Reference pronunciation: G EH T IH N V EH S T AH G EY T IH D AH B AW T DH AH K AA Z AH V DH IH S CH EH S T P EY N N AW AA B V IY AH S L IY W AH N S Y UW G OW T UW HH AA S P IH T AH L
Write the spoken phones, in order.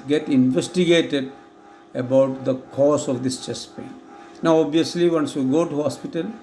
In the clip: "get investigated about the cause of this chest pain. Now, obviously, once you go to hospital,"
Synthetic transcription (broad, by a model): G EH T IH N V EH S T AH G EY T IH D AH B AW T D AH K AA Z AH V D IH S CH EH S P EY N N AW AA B IY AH S L IY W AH N S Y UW G OW T UW HH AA S P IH T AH L